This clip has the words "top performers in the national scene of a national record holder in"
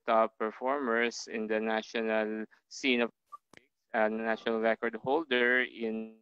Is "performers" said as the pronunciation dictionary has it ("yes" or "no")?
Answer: no